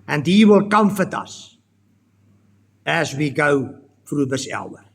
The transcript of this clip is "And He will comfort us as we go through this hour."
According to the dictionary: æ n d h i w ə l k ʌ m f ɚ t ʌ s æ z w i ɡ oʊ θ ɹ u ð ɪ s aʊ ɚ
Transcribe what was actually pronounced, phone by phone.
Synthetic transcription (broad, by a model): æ n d h i w ə l k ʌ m f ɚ t ʌ s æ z w i ɡ oʊ f ɹ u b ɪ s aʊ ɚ